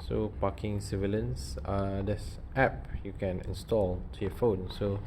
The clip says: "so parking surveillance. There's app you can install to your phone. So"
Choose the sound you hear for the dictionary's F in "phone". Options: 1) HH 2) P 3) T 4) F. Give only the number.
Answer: 4